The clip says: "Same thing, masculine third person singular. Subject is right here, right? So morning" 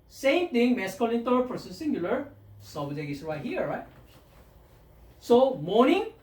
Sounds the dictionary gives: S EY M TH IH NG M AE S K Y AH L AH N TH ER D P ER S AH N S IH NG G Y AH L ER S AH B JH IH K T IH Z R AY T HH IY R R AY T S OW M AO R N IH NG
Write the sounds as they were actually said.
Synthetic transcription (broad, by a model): S EY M T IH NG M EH S K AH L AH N T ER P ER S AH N S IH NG G Y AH L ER S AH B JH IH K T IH S R AY T HH IY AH R AY T S OW M AO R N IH NG